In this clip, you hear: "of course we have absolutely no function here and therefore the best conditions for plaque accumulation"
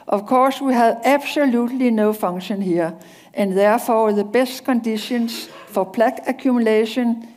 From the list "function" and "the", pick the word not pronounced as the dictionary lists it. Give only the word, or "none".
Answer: function